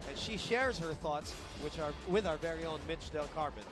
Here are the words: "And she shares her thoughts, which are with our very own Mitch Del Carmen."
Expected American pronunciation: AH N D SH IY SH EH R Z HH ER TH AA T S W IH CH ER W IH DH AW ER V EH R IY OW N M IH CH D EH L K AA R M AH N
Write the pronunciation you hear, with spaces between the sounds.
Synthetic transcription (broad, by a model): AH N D SH IY SH EH R Z HH ER TH AA T S W IH CH ER W IH DH AW ER V EH R IY OW N M IH CH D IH L K AA R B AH N